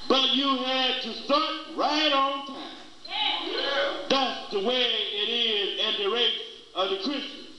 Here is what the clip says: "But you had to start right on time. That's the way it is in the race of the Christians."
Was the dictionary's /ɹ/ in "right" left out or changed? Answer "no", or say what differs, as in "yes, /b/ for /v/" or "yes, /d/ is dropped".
no